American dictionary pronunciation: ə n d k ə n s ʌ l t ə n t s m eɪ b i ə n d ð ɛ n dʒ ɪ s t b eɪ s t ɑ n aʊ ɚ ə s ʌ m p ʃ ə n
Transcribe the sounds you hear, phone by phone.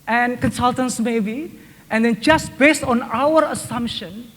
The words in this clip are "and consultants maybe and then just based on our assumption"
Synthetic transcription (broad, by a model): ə n k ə n s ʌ l t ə n s m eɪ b i ə n d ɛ n dʒ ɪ s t b eɪ s t ɑ n aʊ ɚ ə s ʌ m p ʃ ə n